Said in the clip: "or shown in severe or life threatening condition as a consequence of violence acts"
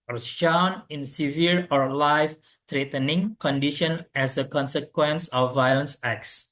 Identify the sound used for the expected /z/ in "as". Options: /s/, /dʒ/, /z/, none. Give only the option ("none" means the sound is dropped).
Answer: /s/